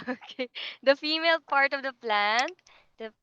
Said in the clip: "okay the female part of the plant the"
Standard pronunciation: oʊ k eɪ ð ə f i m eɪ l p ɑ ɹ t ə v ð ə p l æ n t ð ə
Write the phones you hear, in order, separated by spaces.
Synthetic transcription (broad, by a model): oʊ k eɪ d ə f i m eɪ l p ɑ ɹ t ə v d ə p l æ n t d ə